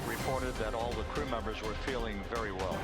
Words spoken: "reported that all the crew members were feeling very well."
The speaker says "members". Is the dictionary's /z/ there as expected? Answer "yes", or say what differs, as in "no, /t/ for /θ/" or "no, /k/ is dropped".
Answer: yes